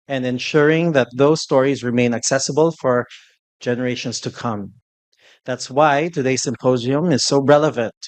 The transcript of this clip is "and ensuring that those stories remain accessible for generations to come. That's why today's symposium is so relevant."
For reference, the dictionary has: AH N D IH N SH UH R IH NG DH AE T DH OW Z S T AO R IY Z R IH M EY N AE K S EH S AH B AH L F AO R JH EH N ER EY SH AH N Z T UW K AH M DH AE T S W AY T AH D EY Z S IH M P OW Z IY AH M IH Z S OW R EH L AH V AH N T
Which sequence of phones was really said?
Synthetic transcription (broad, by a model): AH N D IH N SH UH R IH NG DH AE T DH OW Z S T AO R IY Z R IH M EY N AE K S EH S AH B AH L F AO R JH EH N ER EY SH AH N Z T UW K AH M DH AE T S W AY T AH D EY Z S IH M P OW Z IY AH M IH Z S OW R EH L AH V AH N T